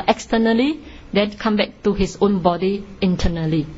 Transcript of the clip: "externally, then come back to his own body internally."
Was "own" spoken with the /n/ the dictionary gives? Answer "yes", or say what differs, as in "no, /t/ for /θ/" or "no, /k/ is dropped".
yes